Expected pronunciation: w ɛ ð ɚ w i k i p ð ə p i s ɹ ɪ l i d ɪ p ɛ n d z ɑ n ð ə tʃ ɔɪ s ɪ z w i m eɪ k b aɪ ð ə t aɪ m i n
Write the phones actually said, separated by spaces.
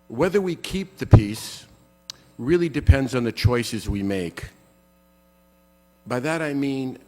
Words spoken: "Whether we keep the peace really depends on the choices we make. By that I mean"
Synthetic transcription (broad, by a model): w ɛ ð ɚ w i k i p ð ə p i s ɹ ɪ l i d ɪ p ɛ n d z n ð ə tʃ ɔɪ s ɪ z w i m eɪ k b aɪ ð ə t aɪ m i n